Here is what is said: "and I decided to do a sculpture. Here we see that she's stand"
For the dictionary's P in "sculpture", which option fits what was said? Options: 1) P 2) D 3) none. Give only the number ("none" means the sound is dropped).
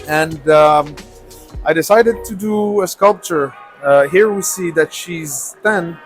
1